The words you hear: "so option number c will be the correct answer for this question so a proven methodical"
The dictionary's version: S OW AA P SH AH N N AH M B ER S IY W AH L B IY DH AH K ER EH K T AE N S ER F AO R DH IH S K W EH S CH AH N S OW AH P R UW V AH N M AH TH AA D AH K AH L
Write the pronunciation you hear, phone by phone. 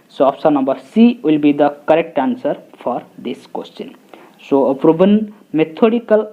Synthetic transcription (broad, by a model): S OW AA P S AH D N AH M B ER S IY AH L B IY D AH K ER EH K T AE N S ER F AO R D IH S K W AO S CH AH N S OW AH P R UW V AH N M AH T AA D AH K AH L